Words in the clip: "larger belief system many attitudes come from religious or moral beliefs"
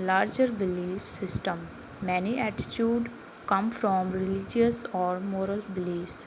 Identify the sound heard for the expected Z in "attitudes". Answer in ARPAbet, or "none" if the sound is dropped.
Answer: none